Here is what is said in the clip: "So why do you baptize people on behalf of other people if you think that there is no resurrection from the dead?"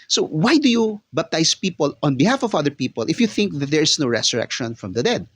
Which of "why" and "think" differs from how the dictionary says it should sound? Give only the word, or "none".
none